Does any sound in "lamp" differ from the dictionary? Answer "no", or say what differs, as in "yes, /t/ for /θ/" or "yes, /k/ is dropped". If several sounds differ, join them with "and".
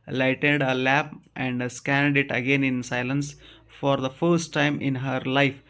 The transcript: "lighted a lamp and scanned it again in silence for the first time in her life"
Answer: yes, /m/ is dropped